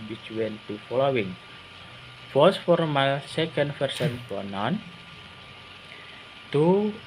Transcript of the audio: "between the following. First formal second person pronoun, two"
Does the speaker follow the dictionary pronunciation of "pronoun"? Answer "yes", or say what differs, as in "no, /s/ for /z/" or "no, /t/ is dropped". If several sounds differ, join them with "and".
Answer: no, /ɹ/ is dropped